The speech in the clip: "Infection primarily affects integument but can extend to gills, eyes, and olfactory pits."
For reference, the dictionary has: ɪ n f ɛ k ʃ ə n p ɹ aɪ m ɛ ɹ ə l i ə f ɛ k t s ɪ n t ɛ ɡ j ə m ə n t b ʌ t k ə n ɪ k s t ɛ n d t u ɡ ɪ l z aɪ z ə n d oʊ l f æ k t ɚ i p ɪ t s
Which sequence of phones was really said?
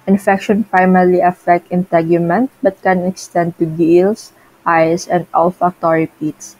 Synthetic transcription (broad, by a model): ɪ n f ɛ k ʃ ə n p ɹ aɪ m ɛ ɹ l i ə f ɛ k t ɪ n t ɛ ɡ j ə m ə n t b ʌ t k ə n ɪ k s t ɛ n d t u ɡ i l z aɪ s ə n d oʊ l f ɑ k t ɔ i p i t s